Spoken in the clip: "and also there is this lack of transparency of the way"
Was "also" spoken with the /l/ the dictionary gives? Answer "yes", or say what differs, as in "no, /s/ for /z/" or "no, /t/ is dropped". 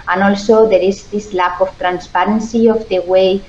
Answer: yes